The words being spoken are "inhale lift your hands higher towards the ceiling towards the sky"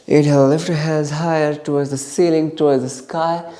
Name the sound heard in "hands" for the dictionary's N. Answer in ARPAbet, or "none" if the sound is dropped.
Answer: none